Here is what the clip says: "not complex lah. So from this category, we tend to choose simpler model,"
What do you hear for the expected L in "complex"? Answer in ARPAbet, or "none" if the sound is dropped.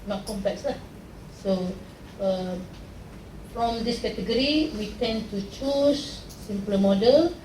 none